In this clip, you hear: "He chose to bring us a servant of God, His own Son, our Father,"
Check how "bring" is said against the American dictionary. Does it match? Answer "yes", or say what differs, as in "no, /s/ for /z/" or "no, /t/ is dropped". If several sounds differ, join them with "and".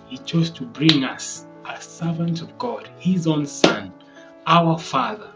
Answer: yes